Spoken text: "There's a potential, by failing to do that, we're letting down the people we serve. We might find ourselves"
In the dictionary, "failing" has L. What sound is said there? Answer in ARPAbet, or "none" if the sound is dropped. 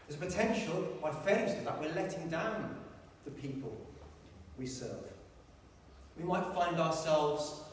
none